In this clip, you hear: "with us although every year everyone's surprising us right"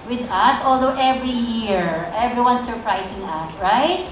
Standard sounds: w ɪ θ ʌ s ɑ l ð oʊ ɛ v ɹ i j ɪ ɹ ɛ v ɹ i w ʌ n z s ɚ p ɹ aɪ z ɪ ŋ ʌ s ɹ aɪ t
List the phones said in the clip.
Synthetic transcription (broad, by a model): w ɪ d ʌ s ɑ l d oʊ ɛ v ɹ i j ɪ ɹ ɛ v ɹ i w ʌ n s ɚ p ɹ aɪ s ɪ ŋ ʌ s ɹ aɪ t